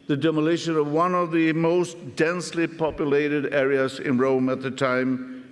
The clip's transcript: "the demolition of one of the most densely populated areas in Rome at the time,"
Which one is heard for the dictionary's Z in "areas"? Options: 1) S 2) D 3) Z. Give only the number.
3